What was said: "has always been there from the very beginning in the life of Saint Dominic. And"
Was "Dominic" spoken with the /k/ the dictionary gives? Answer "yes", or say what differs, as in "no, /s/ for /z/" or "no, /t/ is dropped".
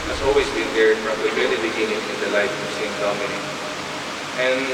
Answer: no, /k/ is dropped